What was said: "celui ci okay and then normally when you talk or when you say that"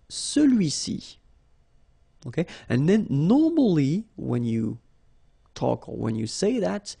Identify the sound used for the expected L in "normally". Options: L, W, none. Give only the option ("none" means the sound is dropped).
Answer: L